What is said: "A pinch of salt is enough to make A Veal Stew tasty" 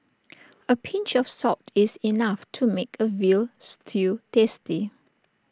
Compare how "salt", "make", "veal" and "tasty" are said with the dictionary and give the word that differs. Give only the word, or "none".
salt